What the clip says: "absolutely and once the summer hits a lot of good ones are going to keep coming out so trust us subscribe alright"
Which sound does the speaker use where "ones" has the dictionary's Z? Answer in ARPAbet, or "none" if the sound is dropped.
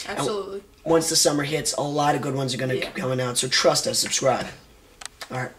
Z